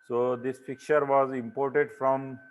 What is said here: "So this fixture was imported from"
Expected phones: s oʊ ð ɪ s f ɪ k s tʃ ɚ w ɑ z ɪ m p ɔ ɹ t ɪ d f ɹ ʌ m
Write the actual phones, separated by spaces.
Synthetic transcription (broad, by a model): s oʊ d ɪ s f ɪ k tʃ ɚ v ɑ z ɪ m p ɔ ɹ t ɪ d f ɹ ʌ m